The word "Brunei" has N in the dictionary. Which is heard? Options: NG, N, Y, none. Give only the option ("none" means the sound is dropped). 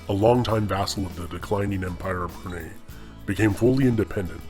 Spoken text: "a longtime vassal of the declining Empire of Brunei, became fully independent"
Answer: none